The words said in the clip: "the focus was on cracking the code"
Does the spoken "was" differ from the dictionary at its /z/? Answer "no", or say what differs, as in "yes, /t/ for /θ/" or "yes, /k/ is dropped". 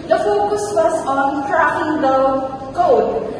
yes, /s/ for /z/